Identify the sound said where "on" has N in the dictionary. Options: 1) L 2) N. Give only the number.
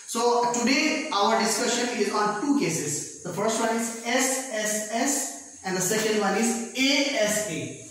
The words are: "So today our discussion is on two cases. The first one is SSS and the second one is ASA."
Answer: 1